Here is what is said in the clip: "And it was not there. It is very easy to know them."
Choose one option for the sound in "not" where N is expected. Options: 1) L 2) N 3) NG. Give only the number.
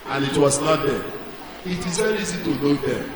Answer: 1